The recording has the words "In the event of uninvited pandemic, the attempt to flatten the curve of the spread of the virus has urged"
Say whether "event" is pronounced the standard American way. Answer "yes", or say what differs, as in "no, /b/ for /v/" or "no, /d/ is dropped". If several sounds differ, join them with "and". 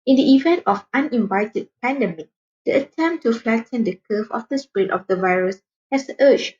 yes